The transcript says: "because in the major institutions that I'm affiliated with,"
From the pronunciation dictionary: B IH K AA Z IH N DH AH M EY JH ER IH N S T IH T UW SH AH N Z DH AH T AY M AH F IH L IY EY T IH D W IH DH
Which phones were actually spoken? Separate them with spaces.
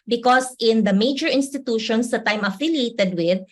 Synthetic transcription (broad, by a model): B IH K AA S IH N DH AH M EY JH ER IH N S T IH T UW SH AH N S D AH T AY M AH F IH L IY EY T IH D W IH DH